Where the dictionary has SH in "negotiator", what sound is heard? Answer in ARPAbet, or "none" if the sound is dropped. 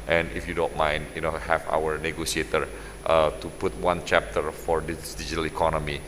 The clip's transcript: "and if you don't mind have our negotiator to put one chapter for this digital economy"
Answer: S